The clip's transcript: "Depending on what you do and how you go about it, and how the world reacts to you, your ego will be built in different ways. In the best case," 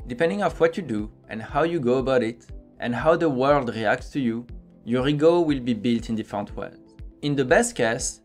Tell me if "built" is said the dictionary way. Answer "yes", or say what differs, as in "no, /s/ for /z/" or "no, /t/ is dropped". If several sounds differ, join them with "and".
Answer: yes